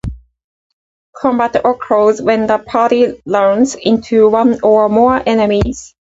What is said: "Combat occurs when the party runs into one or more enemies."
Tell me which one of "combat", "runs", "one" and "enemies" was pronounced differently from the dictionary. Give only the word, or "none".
runs